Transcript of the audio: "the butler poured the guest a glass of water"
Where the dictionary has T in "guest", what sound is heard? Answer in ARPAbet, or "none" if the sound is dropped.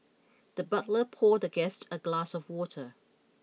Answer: T